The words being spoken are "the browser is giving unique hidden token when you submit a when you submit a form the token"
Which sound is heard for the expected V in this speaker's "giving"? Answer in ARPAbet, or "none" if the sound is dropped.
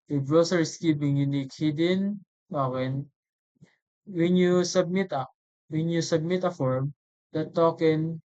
P